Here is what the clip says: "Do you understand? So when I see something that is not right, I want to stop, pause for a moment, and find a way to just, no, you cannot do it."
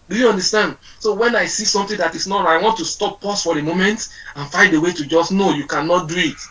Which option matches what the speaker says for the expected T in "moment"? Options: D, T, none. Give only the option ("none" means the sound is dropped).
T